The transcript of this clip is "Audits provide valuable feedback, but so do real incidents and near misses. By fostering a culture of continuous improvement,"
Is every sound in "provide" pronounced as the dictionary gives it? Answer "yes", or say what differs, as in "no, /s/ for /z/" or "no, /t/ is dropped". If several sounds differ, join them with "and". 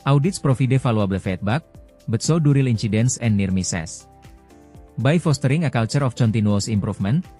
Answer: no, /f/ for /v/